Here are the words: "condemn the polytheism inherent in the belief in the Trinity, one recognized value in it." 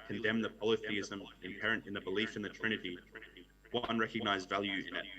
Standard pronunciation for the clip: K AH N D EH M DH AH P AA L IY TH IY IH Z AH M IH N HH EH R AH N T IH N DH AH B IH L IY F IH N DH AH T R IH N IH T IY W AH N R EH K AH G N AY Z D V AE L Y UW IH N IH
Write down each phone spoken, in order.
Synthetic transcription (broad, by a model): K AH N D EH M DH AH P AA L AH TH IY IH Z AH M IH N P EH R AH N T IH N DH AH B IH L IY F IH N DH AH T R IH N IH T IY W AH N R EH K AH G N AY Z D V AE L Y UW IH N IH